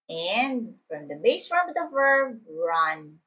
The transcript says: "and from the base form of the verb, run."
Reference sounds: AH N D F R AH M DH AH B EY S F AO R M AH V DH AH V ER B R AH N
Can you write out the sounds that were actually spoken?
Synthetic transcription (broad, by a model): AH N D F R AH M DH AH B EY S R AH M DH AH V ER B R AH N